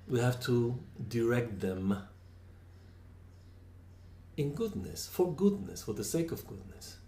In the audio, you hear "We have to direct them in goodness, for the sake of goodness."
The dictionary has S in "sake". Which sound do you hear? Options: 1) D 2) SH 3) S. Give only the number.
3